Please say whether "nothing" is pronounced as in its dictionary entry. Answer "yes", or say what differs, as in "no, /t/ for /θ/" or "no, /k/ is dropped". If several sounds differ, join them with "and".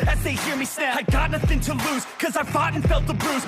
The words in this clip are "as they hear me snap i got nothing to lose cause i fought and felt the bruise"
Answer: yes